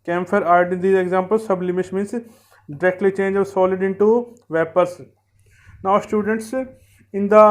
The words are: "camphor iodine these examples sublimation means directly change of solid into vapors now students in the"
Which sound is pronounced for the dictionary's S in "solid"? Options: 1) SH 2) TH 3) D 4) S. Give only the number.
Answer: 4